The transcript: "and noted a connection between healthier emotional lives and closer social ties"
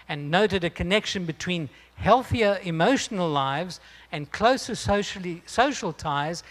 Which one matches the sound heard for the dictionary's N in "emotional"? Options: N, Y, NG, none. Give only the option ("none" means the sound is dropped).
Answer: N